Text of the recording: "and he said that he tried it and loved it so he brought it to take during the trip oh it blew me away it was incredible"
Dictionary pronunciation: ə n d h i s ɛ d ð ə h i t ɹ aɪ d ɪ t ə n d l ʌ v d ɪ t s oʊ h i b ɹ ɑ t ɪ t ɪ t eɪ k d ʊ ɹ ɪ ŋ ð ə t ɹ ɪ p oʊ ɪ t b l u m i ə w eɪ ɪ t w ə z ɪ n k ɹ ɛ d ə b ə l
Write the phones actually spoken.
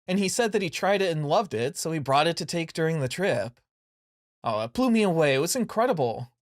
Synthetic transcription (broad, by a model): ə n i s ɛ d ð ə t i t ɹ aɪ d ɪ t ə n l ʌ v d ɪ t s oʊ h i b ɹ ɑ t ɪ t ɪ t eɪ k d ʊ ɹ ɪ ŋ ð ə t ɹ ɪ p oʊ ɪ t b l u m i ə w eɪ ɪ t w ə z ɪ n k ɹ ɛ d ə b l